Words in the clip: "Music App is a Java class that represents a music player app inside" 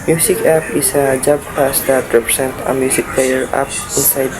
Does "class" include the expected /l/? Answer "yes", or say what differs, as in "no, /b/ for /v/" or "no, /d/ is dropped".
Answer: no, /l/ is dropped